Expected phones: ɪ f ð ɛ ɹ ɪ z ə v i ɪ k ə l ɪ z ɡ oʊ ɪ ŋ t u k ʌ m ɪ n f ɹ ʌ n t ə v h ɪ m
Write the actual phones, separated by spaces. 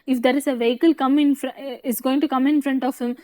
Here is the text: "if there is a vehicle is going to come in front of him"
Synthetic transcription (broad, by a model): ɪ f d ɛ ɹ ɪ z ə v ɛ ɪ k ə l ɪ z ɡ oʊ ɪ ŋ t u k ʌ m ɪ n f ɹ ʌ n t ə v h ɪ m